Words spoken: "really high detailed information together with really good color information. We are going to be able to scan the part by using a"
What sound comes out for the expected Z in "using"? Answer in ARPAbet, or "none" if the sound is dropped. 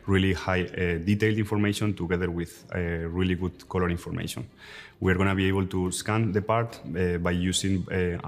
S